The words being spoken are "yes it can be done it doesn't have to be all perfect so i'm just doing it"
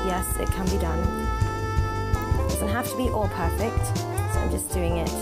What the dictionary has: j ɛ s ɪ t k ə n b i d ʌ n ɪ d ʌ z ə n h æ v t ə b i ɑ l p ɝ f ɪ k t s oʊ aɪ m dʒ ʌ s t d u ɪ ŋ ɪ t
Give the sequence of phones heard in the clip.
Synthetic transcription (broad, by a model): j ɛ s ɪ t k ə n b i d ʌ n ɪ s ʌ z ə h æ f t ə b i ɑ l p ɝ f ɪ k t s oʊ aɪ m dʒ ʌ s d u ɪ ŋ ɪ t